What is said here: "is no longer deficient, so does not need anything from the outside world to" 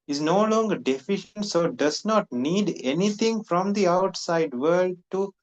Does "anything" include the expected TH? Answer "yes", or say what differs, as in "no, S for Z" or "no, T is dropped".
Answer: no, T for TH